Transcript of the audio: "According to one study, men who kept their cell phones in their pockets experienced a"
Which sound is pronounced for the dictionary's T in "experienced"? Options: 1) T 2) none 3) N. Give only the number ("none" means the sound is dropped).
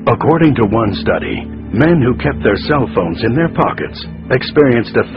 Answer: 1